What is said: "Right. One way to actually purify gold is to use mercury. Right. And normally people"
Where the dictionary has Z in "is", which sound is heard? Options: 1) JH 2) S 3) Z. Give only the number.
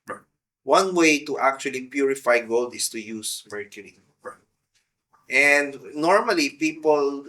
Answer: 2